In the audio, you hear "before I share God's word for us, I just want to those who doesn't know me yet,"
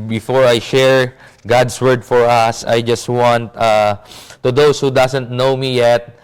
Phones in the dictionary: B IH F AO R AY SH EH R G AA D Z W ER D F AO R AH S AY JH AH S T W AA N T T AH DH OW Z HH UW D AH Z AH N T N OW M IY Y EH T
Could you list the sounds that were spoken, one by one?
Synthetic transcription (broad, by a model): B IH F AO R AY SH EH R G AA D S W ER D F AO R AH S AY JH AH S T W AA N T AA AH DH OW S HH UW D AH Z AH N T N OW M IY Y EH T